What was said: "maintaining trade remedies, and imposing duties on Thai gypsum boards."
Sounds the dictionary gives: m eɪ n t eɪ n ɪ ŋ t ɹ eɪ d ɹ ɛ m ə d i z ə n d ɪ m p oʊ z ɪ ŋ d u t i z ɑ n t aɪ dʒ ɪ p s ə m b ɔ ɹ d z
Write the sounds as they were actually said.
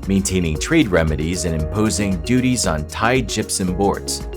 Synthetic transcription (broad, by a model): m eɪ n t eɪ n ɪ ŋ t ɹ eɪ d ɹ ɛ m ə d i z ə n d ɪ m p oʊ z ɪ ŋ d u t i z n t aɪ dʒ ɪ p s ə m b ɔ ɹ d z